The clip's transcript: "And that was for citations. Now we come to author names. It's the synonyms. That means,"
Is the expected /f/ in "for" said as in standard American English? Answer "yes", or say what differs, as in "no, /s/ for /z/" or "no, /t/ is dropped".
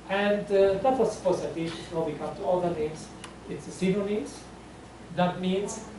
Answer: no, /p/ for /f/